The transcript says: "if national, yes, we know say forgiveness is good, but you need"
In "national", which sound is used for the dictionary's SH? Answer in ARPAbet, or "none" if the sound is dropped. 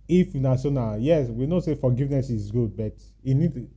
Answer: S